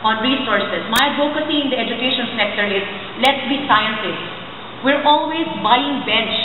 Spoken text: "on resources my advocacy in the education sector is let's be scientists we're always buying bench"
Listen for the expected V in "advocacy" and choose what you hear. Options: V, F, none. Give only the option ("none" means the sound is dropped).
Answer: none